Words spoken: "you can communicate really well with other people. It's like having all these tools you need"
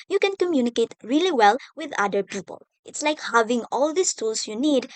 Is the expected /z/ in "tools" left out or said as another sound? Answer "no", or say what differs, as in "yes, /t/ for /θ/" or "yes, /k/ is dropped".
yes, /s/ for /z/